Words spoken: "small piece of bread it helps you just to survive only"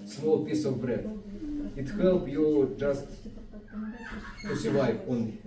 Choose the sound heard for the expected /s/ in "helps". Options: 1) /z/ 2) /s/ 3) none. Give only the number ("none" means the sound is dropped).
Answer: 3